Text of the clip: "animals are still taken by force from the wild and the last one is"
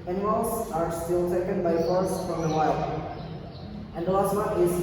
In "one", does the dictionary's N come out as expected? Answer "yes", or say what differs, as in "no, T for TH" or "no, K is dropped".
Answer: no, N is dropped